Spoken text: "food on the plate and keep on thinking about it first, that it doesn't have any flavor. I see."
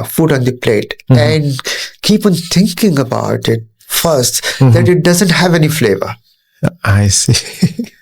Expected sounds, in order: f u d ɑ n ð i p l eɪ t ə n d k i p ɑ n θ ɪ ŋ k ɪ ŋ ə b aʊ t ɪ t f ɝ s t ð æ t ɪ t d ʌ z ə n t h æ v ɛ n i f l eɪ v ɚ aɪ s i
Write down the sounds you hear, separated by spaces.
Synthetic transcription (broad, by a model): f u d ɑ n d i p l eɪ t ə n d k i p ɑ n t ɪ ŋ k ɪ ŋ ə b aʊ t ɪ t f ɝ s t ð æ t ɪ t d ʌ z ə n t h æ v ɛ n i f l eɪ v ɚ aɪ s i